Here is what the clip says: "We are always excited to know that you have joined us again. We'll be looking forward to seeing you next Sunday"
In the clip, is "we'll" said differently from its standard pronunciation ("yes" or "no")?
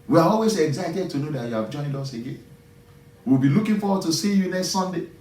yes